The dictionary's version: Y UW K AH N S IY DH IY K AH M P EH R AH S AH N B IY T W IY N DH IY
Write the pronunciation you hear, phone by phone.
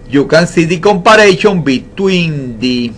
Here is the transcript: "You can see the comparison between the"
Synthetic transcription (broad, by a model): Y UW K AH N S IY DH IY K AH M P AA R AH SH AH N B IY T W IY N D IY